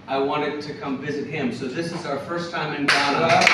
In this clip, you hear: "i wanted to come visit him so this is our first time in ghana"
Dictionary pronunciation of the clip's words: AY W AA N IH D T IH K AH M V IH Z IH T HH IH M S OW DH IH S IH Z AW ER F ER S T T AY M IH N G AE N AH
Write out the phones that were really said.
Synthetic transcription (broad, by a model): AY W AA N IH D T IH K AH M V IH Z IH T HH IH M S OW DH IH S IH Z AW ER F ER S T T AY M IH N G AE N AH